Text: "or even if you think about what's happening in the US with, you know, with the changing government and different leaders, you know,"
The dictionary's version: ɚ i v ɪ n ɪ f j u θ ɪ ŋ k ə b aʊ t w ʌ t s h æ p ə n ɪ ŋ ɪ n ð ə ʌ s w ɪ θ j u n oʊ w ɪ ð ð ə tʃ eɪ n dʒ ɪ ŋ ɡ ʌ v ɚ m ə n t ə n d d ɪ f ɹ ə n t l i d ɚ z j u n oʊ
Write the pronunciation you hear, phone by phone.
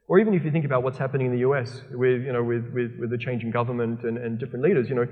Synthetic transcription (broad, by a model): ɚ i v ɪ n ɪ f j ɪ θ ɪ ŋ k ə b aʊ t w ʌ t s h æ p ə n ɪ ŋ ɪ n ð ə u s w ɪ j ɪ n oʊ w ɪ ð ð ə tʃ eɪ n dʒ ɪ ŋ ɡ ʌ v ɚ m ə n t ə n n d ɪ f ɹ ə n t l i d ɚ z j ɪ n oʊ